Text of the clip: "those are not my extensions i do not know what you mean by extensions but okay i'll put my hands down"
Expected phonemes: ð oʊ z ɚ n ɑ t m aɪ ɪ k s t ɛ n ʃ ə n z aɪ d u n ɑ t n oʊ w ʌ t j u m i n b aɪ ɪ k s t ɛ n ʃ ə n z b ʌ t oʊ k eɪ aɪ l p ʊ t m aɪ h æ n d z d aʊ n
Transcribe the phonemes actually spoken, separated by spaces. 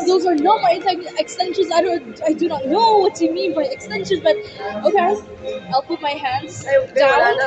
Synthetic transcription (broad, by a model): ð oʊ z ɚ n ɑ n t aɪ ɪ k s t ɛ n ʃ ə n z aɪ d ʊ n ɑ t n oʊ w ʌ t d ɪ m i n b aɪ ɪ k s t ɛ n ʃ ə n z b ʌ t oʊ k eɪ aɪ l p ʊ t m aɪ h æ n d z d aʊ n